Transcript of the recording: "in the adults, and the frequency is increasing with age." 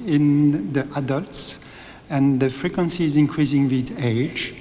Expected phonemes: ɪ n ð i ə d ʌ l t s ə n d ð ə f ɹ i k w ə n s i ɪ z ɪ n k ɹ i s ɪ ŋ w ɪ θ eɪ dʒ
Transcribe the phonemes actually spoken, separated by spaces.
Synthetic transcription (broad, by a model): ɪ n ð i ə d ʌ l t s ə n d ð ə f ɹ i k w ə n s i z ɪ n k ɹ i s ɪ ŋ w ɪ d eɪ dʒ